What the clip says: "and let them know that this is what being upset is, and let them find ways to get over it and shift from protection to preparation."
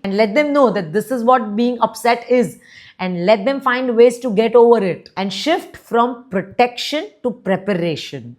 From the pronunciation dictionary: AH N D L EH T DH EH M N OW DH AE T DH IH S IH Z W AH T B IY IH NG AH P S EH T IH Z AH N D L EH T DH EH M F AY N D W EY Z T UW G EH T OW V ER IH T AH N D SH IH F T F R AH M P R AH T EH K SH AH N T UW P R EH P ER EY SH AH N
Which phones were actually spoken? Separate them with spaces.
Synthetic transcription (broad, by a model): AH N D L EH T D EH M N OW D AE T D IH S IH Z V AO T B IY IH NG AH P S EH T IH Z AH N D L EH T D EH M F AY N D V EY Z T UW G EH T OW V ER IH T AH N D SH IH F T F R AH M P R AH T EH K SH AH N T UW P R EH P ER EY SH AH N